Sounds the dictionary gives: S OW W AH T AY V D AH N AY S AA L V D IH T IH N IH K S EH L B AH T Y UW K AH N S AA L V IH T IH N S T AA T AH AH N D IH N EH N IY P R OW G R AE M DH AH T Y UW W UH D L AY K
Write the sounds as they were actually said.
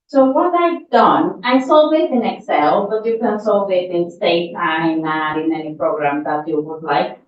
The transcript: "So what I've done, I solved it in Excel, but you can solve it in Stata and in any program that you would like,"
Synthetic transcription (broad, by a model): S OW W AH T AY D AH N AY S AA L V IH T IH N IH K S EH L B AH T Y UW K AH N S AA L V IH T IH N S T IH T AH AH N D IH N EH N IY P R OW G R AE M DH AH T Y UW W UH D L AY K